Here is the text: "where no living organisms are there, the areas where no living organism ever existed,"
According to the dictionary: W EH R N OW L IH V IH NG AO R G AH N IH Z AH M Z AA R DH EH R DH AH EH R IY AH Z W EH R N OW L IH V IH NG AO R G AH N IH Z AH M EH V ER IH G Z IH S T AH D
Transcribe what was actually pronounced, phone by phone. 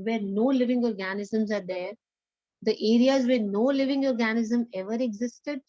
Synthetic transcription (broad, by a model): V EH R N OW L IH V IH NG AO R G AH N IH Z AH M Z AA R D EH R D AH EH R IY AH Z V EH R N OW L IH V IH NG AO R G AH N IH Z AH M EH V ER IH G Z IH S T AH D